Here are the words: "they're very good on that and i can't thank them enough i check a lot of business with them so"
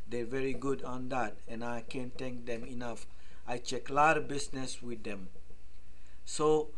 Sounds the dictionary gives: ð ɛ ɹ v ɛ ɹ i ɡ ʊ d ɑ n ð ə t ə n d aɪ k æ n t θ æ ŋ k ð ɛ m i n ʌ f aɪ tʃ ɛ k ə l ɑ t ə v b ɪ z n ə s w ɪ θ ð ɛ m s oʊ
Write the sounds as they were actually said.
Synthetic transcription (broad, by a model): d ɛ v ɛ ɹ i ɡ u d ɑ n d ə t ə n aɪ k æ n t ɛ ŋ k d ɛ m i n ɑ f aɪ tʃ ɛ k l ɑ t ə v b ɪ s n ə s w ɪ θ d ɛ m s oʊ